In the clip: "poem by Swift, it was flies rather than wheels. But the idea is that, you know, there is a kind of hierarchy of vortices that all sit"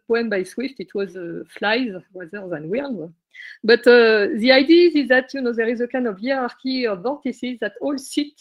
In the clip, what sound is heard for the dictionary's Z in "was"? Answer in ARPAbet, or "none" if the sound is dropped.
Z